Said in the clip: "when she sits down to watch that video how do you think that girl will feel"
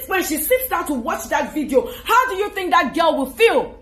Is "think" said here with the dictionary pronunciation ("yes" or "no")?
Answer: yes